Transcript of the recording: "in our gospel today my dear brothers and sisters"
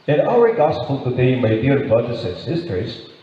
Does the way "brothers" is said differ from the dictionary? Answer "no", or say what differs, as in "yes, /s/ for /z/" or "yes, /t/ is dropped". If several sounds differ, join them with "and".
yes, /ɹ/ is dropped and /s/ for /z/